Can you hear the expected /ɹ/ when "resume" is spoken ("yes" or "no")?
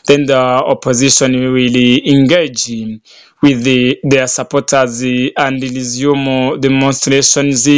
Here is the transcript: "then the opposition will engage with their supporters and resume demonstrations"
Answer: no